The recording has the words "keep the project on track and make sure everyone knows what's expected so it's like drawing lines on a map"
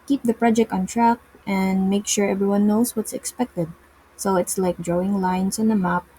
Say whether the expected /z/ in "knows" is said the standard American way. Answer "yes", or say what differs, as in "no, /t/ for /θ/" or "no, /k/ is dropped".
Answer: no, /s/ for /z/